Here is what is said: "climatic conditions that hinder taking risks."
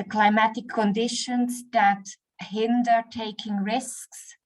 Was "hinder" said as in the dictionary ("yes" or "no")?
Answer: yes